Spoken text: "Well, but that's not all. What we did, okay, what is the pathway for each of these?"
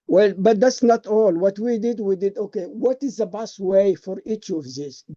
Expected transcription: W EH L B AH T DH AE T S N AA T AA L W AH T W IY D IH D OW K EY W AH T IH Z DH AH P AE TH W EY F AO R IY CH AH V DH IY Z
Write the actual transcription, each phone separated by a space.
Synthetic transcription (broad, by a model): W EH L B AH T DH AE T S N AA T AA L W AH T W IY D IH D OW K EY W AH T IH Z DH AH B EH T W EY F AO R IY CH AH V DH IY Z